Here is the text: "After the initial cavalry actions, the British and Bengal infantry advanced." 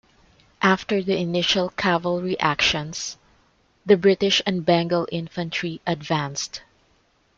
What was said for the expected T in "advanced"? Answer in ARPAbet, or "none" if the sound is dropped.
T